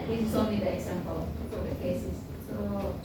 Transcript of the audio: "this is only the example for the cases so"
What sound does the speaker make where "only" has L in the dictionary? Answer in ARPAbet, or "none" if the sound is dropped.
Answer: none